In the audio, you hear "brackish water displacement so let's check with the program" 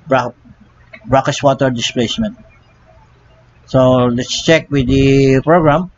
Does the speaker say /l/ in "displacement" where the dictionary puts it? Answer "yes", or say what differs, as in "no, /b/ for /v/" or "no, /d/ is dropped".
yes